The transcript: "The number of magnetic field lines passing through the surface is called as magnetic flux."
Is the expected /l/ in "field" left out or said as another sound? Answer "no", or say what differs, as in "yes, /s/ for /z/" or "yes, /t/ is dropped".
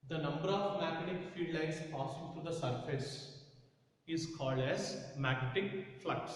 yes, /l/ is dropped